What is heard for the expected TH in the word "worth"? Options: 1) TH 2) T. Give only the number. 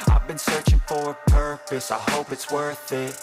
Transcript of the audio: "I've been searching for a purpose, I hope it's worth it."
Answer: 1